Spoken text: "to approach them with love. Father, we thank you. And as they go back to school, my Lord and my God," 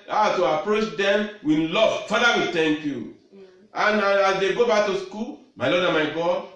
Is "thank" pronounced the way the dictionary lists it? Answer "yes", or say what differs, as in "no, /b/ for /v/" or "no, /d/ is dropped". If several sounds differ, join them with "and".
no, /t/ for /θ/